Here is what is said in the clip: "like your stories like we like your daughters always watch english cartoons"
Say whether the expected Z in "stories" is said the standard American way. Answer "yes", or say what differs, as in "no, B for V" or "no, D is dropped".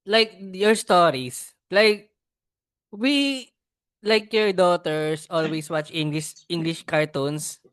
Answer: no, S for Z